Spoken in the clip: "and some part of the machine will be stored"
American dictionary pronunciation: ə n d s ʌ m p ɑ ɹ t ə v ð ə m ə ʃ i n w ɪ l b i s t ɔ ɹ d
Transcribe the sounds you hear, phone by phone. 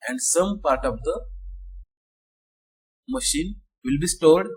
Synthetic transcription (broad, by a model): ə n d s ʌ m p ɑ ɹ t ə v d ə m ə ʃ i n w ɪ l b i s t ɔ ɹ d